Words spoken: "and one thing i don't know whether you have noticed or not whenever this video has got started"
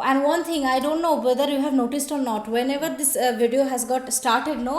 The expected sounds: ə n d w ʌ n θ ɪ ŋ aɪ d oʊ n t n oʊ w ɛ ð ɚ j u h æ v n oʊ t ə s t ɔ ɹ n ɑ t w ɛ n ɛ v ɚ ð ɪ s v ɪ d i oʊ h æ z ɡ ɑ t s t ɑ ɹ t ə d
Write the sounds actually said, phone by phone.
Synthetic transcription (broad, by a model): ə n d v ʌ n t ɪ ŋ aɪ d oʊ n t n oʊ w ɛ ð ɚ j u h æ v n oʊ t ə s t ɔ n n ɑ t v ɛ n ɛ v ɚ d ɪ s v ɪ d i oʊ h æ z ɡ ɑ t s t ɑ ɹ t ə d